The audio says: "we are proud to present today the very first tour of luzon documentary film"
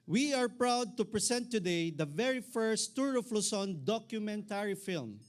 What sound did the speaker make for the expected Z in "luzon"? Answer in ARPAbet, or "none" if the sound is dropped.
S